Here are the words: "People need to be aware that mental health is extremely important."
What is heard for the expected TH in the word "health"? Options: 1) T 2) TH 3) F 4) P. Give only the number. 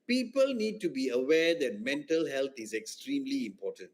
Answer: 1